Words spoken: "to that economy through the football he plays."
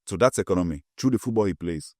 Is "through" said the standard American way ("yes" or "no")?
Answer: no